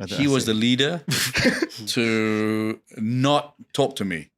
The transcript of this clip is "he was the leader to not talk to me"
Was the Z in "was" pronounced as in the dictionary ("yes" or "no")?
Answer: yes